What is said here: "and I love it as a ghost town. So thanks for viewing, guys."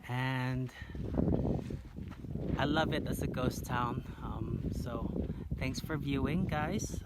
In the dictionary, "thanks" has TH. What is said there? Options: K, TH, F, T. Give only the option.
TH